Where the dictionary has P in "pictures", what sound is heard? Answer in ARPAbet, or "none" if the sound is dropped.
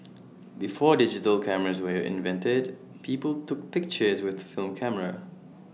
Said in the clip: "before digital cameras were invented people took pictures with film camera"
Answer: P